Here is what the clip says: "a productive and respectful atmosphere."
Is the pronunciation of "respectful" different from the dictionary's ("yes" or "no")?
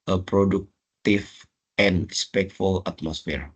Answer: no